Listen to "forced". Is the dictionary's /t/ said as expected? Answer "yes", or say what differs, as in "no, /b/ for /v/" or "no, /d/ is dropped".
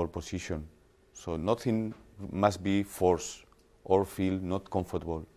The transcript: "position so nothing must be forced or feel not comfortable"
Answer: yes